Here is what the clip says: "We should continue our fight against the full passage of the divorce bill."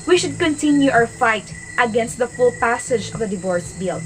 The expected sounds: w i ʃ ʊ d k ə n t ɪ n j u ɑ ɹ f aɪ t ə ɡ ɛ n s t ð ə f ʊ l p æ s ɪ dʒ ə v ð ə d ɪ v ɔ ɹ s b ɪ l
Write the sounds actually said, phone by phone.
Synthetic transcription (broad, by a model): w i ʃ ʊ d k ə n t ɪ n j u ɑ w f aɪ t ə ɡ ɛ n s t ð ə f ʊ l p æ s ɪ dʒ ə v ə d ɪ v ɔ ɹ s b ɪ l